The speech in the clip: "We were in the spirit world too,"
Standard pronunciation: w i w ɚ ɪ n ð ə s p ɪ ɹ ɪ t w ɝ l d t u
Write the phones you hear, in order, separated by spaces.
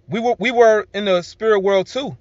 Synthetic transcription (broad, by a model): w i w ɚ ɪ n ð ə s p ɪ ɹ ɪ t w ɝ l d t u